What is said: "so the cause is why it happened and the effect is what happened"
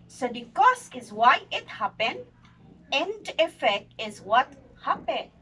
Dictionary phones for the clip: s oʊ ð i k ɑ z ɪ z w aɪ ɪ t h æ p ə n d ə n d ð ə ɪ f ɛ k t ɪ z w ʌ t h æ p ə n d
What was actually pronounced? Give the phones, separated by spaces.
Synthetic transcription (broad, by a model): s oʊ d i k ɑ s ɪ z w aɪ ɪ t h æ p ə n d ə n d ɪ f ɛ k t ɪ z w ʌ t h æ p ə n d